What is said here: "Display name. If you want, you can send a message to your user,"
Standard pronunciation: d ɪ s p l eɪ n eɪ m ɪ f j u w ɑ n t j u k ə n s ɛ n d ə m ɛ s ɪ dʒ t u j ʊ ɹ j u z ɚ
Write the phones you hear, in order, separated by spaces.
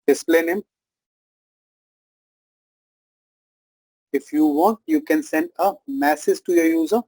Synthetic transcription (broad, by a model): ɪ s p l eɪ n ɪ m ɪ f j u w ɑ n t j u k ə n s ɛ n d ə m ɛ s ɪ z t u j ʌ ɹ j u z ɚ